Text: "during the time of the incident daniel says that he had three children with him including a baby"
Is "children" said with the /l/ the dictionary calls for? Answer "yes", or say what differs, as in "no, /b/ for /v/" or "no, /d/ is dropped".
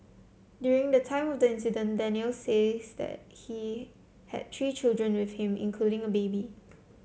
yes